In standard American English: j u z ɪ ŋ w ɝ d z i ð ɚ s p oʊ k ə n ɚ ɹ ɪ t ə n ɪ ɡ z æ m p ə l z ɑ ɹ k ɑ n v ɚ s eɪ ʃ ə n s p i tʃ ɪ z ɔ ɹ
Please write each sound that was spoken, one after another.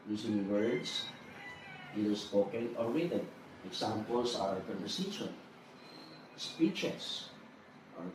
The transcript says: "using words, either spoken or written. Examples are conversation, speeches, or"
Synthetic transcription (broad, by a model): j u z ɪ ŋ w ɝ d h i ɚ s p oʊ k ə n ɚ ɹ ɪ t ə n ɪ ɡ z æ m p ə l s ɑ ɹ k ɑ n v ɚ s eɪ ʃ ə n s p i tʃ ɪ s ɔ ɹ